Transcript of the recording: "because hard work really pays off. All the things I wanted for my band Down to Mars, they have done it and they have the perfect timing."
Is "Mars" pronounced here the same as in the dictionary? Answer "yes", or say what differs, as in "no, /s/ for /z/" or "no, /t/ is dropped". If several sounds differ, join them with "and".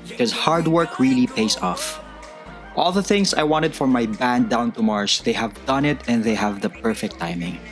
no, /s/ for /z/